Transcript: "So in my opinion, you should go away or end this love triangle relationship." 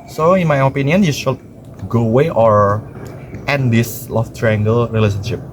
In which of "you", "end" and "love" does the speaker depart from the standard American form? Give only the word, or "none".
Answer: love